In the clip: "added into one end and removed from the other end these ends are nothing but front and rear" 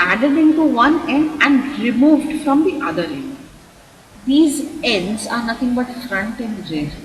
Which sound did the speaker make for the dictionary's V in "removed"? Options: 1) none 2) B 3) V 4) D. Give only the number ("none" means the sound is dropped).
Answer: 3